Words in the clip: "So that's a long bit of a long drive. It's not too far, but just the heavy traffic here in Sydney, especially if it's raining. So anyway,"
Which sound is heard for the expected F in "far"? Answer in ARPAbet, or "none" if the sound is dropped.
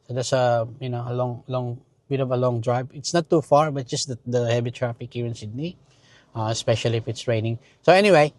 F